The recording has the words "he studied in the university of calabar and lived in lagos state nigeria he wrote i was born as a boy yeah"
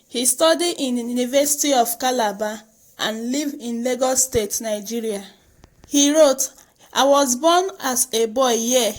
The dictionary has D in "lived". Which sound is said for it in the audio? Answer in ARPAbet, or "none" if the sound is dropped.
none